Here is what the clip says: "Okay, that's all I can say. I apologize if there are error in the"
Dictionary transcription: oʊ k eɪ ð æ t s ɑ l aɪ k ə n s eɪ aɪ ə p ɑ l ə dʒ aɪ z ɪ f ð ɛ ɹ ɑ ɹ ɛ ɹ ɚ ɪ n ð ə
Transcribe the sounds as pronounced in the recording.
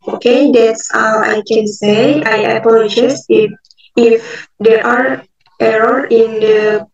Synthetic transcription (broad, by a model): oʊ k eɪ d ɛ t s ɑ w aɪ k ə n s eɪ aɪ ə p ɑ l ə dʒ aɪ s ɪ f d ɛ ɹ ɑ ɹ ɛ ɹ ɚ ɪ n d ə